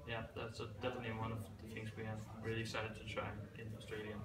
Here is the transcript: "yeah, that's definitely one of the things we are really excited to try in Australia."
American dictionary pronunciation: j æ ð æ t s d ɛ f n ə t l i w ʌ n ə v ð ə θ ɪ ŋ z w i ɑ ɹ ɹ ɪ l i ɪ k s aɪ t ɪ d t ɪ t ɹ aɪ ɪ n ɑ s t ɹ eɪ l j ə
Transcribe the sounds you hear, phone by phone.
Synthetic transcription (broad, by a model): j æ ð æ t s d ɛ f n ə t l i w ʌ n ə v ð ə θ ɪ ŋ z w i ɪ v ɹ ɪ l i ɪ k s aɪ t ɪ d t ɪ t ɹ aɪ ɪ n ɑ s t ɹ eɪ l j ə